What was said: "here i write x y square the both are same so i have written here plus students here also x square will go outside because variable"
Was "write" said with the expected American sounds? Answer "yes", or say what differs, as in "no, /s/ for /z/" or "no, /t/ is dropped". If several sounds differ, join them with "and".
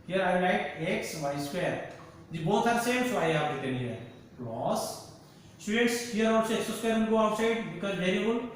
no, /l/ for /ɹ/